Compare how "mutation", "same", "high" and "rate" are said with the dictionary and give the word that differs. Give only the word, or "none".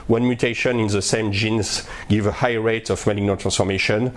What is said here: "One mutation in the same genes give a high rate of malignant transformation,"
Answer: none